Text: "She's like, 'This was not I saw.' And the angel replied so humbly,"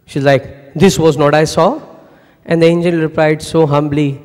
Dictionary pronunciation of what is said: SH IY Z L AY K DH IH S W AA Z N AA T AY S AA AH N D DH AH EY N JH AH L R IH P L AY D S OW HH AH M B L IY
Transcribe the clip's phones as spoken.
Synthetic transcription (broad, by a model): SH IY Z L AY K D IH S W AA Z N AA T AY S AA AH N D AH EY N JH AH N R IH P L AY D S OW HH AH M B L IY